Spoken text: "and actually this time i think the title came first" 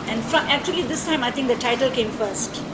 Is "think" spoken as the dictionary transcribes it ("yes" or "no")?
no